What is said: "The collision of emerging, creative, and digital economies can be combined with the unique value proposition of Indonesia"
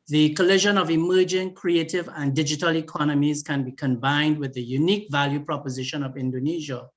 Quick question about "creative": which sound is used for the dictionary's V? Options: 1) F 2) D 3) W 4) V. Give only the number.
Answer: 4